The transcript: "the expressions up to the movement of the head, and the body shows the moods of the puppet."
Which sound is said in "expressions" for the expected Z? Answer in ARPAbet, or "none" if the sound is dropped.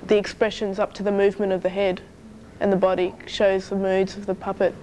Z